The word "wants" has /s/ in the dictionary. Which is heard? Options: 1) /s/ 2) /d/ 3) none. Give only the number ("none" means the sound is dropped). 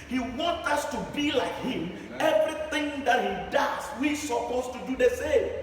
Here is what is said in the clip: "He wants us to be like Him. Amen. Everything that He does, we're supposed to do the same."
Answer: 3